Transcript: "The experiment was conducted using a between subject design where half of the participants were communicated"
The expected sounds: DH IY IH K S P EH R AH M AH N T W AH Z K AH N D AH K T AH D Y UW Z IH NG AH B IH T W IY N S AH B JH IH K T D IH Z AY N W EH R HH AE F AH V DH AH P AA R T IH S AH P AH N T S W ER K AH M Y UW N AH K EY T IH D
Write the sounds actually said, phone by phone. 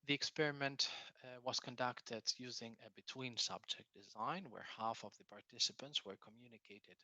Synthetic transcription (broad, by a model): DH IY IH K S P EH R AH M AH N T W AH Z K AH N D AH K T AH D Y UW Z IH NG AH B IH T W IY N S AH B JH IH K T D IH Z AY N W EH R HH AE F AH V DH AH P AA R T IH S AH P AH N T S W ER K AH M Y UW N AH K EY T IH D